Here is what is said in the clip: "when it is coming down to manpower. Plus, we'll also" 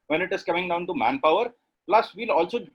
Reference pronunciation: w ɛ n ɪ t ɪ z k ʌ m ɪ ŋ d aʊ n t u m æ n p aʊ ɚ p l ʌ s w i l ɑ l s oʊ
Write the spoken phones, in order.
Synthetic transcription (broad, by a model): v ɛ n ɪ t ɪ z k ʌ m ɪ ŋ d aʊ n t u m æ n p aʊ ɚ p l ʌ s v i l ɑ l s oʊ